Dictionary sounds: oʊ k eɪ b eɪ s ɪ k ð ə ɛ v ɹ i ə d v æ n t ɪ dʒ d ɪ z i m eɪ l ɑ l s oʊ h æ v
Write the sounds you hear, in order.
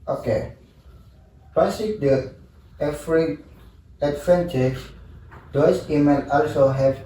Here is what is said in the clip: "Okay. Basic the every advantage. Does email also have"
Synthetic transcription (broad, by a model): oʊ k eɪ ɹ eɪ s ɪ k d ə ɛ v ɹ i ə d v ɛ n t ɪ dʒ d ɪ s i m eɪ n ɑ l s oʊ h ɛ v